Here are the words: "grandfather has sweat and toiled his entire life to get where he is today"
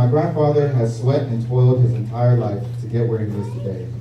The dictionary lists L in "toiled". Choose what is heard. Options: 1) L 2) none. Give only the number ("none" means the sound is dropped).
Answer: 1